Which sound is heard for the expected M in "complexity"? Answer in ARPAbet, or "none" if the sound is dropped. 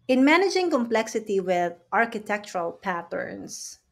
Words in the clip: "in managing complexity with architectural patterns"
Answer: M